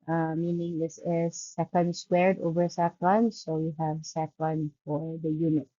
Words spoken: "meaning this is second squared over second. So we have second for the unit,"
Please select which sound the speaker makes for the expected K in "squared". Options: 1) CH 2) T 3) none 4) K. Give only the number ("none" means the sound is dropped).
4